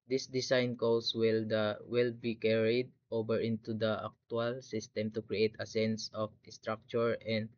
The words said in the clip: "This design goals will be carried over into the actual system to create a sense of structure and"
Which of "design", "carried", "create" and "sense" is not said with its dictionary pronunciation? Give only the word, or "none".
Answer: design